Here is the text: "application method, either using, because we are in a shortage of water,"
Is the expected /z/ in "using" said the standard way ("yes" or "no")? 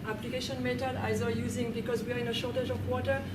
yes